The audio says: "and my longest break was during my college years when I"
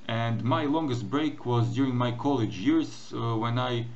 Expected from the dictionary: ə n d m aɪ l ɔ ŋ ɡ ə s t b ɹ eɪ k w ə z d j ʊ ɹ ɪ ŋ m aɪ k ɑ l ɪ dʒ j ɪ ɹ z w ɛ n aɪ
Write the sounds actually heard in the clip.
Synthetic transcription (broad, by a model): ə n d m aɪ l ɔ ŋ ɡ ə s t b ɹ eɪ k w ə z d j ʊ ɹ ɪ ŋ m aɪ k ɑ l ɪ dʒ j ɪ ɹ z w ɛ n aɪ